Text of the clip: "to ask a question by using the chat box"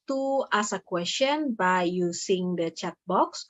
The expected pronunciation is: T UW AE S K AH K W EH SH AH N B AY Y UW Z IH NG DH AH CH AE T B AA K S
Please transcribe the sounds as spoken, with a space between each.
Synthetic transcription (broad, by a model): T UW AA S AH K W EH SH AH N B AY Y UW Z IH NG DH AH CH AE T B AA K S